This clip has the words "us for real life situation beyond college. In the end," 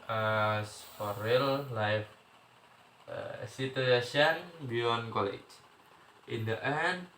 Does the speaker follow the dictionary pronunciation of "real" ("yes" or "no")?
yes